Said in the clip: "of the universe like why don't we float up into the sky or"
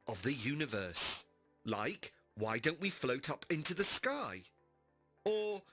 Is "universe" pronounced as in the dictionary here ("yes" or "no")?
yes